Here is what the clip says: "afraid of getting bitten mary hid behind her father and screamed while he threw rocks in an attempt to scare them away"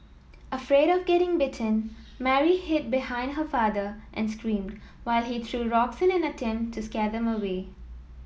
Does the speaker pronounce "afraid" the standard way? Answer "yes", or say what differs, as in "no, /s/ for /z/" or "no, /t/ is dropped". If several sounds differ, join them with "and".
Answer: yes